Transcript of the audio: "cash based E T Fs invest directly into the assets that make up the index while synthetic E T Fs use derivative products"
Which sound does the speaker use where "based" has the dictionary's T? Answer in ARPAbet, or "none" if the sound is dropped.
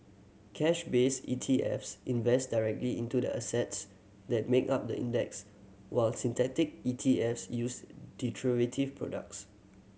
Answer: none